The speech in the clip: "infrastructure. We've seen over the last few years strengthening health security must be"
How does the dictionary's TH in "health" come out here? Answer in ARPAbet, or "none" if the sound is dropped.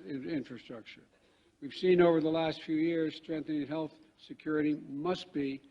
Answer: TH